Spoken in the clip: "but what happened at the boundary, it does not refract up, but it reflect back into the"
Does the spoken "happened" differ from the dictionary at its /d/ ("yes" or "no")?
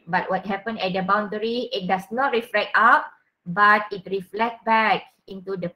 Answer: yes